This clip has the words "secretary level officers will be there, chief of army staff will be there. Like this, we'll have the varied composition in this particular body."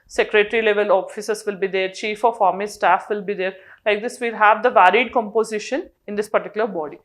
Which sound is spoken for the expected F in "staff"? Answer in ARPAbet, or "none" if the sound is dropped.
F